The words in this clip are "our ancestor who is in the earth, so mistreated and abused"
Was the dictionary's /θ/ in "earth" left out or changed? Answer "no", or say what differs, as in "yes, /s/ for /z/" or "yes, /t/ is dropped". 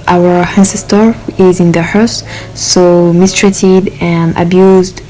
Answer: yes, /s/ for /θ/